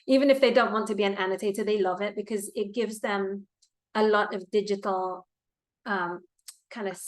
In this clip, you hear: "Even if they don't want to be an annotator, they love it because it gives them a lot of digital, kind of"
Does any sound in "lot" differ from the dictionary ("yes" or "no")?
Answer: no